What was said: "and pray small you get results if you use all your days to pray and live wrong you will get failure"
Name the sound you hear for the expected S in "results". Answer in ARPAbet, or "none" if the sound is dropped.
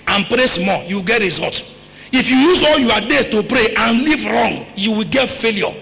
none